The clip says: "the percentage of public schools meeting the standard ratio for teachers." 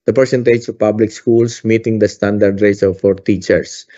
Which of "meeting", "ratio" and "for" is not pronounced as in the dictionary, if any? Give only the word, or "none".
ratio